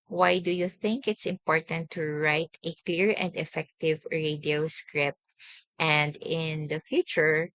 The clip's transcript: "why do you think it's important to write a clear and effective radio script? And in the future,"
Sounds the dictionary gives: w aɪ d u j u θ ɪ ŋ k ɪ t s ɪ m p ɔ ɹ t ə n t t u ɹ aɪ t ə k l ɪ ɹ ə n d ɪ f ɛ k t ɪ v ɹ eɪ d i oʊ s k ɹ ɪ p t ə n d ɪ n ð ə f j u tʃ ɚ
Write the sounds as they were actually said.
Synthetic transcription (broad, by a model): w aɪ d u j u θ ɪ ŋ k ɪ t s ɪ m p ɔ ɹ t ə n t t u ɹ aɪ t ə k l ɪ ɹ ə n d ɪ f ɛ k t ɪ v ɹ eɪ d i oʊ s k ɹ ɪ p t ə n d ɪ n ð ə f j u tʃ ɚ